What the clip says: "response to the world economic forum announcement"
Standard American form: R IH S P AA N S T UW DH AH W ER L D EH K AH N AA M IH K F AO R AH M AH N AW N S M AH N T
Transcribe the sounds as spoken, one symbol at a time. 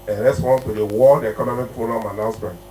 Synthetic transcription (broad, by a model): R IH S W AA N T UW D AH W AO D EH K AH N AA M IH K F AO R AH M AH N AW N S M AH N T